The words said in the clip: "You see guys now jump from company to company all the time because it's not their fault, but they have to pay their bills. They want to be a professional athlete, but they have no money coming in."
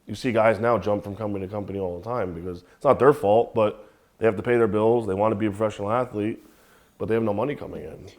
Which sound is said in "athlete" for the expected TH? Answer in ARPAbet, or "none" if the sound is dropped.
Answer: TH